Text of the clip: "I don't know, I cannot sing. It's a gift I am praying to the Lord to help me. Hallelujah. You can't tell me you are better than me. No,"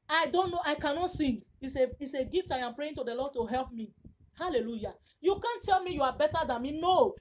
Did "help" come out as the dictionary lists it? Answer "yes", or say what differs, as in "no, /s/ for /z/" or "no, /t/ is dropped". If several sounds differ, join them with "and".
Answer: yes